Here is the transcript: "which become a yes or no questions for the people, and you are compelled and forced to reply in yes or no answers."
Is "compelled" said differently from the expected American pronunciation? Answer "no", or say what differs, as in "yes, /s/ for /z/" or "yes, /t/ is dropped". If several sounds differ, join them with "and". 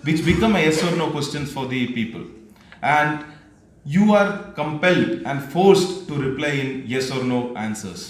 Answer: no